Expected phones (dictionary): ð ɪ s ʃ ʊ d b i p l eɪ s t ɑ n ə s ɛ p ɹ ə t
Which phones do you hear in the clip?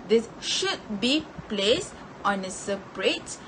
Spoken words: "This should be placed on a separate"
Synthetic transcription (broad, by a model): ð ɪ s ʃ ʊ d b i p l eɪ s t ɑ n ə s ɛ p ɹ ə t